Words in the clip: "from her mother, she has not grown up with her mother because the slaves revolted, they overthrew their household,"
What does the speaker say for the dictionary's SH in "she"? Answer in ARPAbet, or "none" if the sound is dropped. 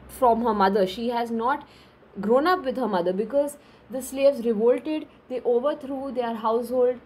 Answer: SH